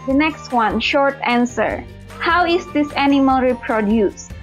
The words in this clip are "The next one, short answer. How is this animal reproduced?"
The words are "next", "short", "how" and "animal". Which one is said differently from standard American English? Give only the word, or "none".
none